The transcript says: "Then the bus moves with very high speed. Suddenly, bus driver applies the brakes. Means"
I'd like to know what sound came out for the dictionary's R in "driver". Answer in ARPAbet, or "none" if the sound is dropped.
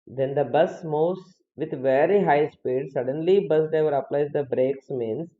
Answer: none